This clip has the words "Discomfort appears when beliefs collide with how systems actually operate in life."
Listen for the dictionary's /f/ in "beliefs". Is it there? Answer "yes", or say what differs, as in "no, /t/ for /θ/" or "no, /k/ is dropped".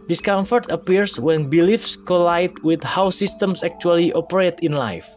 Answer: yes